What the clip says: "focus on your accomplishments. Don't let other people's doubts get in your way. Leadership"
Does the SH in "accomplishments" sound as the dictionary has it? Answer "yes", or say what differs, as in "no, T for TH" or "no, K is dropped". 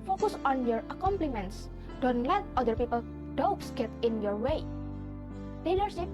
no, SH is dropped